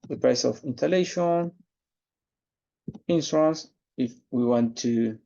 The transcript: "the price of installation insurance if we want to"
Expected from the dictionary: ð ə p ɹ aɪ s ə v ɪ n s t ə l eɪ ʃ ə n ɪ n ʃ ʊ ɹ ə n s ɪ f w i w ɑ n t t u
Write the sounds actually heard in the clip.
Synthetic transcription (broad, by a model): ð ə p ɹ aɪ s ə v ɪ n t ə l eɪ ʃ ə n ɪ n s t ɹ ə n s ɪ f w i w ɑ n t t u